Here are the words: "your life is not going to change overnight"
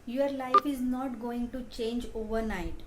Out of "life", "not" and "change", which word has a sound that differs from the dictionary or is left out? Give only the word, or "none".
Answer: none